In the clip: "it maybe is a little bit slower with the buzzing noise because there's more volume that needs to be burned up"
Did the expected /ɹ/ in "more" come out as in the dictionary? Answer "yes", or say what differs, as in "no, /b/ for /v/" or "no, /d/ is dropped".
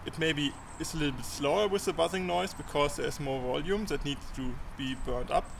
yes